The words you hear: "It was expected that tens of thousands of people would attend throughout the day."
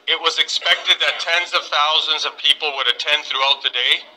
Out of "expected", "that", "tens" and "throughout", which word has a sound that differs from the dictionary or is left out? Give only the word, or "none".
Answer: none